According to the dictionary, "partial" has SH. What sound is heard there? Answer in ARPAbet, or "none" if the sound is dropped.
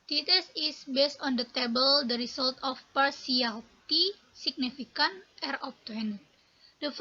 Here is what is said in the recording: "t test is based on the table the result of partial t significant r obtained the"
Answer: S